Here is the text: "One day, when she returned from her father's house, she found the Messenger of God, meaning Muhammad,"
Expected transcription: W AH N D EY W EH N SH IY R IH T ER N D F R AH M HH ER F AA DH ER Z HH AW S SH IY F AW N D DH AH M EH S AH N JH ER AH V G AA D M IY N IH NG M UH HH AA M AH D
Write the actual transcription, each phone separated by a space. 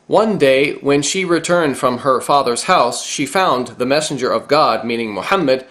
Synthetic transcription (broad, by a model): W AH N D EY W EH N SH IY R IH T ER N D F R AH M ER F AA DH ER Z HH AW S SH IY F AW N DH AH M EH S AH N JH ER AH V G AA D M IY N IH NG M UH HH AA M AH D